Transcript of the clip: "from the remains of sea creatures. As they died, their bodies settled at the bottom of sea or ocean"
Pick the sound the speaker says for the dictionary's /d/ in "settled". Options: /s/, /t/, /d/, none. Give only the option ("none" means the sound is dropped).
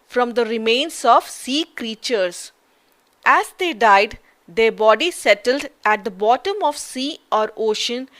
/d/